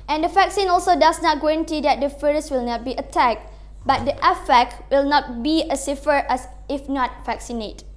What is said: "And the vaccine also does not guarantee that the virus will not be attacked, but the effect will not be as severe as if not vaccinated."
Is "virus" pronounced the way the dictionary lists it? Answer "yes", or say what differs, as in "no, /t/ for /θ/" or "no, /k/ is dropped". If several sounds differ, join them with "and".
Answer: no, /f/ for /v/